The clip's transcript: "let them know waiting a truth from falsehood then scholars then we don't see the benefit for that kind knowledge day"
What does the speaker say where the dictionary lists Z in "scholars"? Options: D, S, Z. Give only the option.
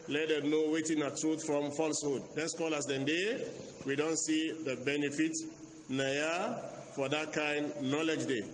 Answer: S